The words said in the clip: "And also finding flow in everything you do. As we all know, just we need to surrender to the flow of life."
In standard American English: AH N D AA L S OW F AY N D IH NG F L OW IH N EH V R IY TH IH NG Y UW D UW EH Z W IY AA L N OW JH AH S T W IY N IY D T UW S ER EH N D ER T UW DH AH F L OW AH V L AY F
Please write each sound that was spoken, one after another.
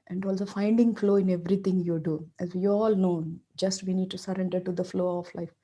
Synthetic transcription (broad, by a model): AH N D AA L S OW F AY N D IH NG F L OW IH N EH V R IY T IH NG Y UW D UW EH Z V IY AA L N OW JH AH S T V IY N IY D T UW S ER EH N D ER T UW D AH F L OW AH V L AY F